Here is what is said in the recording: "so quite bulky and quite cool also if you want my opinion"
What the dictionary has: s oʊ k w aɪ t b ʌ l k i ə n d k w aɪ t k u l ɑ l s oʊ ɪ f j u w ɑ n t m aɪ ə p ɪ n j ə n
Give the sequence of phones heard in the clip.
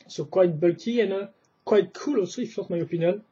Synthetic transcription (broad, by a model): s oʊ k w aɪ t b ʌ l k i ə n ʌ k w aɪ t k u l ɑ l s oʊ ɪ f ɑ t m aɪ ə p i n j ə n